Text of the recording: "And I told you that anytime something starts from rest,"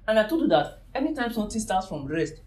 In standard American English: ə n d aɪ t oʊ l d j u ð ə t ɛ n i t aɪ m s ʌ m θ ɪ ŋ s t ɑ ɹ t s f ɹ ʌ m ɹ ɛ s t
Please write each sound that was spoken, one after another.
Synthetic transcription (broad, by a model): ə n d aɪ t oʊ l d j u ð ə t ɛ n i t aɪ m s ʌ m t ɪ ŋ s t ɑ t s f ɹ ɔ m ɹ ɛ s t